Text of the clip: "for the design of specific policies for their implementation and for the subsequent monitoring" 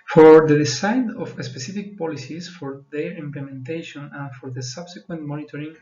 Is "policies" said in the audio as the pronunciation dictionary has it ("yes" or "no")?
no